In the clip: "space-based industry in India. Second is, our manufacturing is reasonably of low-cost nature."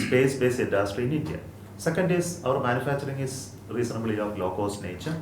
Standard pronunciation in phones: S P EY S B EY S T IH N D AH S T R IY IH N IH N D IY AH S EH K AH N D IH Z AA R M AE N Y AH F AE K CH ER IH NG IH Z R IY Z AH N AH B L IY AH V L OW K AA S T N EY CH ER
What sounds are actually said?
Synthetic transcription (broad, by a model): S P EY S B EY S IY N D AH S T R IY IH N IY N D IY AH S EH K AH N D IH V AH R M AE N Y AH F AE K CH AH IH NG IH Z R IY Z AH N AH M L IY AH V L OW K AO S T N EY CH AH